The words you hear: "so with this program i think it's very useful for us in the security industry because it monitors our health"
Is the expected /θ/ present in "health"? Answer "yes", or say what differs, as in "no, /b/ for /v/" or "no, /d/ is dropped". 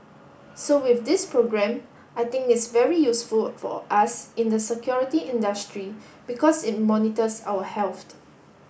no, /t/ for /θ/